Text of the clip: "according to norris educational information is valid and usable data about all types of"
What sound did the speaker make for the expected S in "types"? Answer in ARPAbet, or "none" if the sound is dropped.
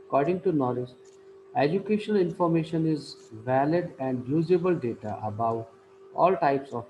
S